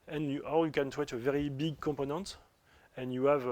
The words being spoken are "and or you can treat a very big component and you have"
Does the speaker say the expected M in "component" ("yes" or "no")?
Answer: no